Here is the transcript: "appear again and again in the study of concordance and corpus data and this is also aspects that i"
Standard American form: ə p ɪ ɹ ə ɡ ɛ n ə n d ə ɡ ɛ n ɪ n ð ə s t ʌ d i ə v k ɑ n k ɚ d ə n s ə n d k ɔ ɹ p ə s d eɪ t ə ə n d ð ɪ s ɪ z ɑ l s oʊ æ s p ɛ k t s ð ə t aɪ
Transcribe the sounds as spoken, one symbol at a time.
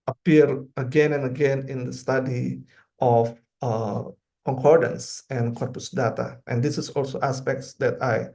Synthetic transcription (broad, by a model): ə p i ɹ ə ɡ ɛ n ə n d ə ɡ ɛ n ɪ n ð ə s t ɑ d i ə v k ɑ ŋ k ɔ d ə n s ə n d k ɔ ɹ p ə s d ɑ t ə ə n d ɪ s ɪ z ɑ l s oʊ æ s p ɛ k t s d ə t aɪ